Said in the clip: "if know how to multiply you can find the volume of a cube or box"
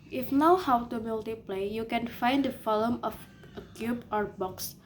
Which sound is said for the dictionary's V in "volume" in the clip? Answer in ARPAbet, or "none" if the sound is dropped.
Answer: F